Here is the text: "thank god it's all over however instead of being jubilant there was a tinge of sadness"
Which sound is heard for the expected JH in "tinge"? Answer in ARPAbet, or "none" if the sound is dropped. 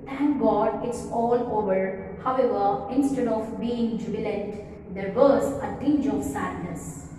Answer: JH